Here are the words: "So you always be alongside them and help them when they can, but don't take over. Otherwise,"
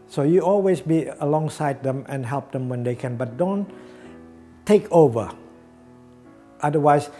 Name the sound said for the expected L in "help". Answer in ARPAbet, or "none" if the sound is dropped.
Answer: L